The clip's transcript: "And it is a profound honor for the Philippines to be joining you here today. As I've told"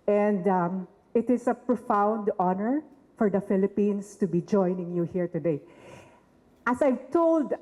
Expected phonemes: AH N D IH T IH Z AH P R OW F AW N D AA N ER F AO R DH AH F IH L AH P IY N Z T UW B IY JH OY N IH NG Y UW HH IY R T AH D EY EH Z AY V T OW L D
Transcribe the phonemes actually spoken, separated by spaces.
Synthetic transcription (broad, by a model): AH N D IH T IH S AH P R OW F AW N D AA N ER F AO R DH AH F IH L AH P IY N S T UW B IY JH OY N IH NG Y UW HH IY R T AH D EY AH S AY V T OW L D